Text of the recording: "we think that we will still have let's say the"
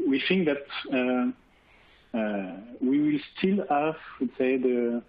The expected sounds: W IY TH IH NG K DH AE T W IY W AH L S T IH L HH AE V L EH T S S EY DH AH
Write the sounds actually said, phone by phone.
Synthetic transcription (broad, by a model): W IY TH IH NG K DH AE T W IY W AH L S T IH L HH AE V W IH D S EY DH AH